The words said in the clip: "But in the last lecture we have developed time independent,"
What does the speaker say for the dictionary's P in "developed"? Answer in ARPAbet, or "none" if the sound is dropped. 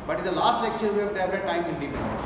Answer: none